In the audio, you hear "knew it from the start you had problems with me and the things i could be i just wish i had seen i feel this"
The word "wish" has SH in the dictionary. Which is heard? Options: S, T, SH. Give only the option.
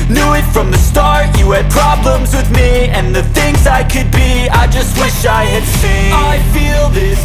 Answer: SH